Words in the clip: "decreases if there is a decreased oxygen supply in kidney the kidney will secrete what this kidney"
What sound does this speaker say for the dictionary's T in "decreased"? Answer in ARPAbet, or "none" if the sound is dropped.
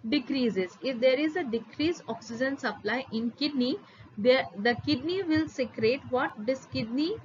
none